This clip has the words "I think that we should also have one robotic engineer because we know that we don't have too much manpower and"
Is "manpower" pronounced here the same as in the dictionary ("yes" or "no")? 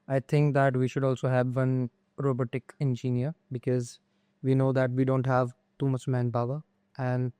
no